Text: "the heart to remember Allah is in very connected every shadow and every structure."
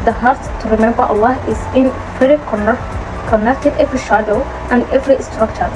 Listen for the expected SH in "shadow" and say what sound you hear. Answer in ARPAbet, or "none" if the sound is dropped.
SH